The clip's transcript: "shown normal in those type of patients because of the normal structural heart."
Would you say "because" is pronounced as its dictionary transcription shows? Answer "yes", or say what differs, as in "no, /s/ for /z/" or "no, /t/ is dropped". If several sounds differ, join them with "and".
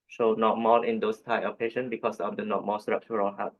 no, /s/ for /z/